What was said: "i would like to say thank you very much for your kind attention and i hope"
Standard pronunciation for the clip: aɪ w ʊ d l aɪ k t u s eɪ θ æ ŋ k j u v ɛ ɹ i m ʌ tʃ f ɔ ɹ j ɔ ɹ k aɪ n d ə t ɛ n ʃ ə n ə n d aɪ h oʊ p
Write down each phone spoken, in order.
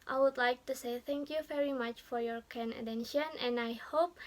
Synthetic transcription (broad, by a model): aɪ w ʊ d l aɪ k t u s eɪ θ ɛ ŋ k j u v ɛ ɹ i m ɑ tʃ f ɔ ɹ j ɔ ɹ k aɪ n ə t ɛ n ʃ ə n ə n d aɪ h oʊ p